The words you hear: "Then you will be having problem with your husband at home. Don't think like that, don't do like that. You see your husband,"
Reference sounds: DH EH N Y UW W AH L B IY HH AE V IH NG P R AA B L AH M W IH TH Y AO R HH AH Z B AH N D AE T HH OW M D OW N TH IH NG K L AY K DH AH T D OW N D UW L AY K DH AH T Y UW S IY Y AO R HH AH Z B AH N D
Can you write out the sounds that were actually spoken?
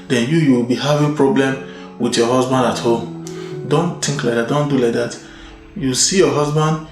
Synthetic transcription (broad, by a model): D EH N Y UW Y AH W B IY HH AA V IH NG P R AA B L AH M W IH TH Y AO HH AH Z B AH N D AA T HH OW M D OW N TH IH NG K L AY K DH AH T D OW N D UW L AY K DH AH T Y UW S IY Y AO HH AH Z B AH N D